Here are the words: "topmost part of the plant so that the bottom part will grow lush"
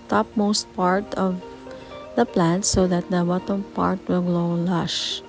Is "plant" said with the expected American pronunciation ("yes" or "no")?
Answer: yes